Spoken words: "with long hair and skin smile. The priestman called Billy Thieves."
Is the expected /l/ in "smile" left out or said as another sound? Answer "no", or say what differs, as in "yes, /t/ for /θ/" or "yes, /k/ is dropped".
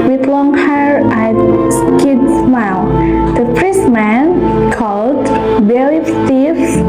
no